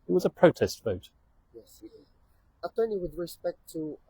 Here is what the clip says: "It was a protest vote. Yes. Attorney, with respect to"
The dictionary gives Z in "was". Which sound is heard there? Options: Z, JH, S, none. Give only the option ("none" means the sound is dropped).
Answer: Z